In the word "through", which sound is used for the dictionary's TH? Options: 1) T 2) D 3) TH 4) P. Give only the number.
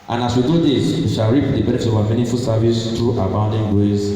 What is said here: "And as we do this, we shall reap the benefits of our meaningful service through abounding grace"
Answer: 1